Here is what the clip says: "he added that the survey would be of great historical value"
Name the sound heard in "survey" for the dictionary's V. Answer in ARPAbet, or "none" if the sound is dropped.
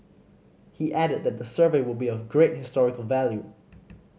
V